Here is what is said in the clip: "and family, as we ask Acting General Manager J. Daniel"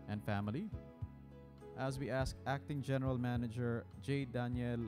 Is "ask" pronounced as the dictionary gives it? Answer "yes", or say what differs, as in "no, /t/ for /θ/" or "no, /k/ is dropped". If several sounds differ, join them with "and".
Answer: yes